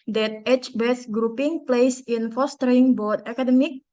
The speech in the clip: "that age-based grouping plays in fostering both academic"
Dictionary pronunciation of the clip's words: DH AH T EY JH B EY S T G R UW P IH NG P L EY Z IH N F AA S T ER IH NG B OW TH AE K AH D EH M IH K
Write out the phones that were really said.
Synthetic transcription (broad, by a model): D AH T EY CH B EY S G R UW P IH NG P L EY S IH N F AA S T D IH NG B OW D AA K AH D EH M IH K